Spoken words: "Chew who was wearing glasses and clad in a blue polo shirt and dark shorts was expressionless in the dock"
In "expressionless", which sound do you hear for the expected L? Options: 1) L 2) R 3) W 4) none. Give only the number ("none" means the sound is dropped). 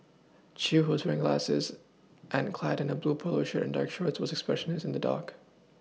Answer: 4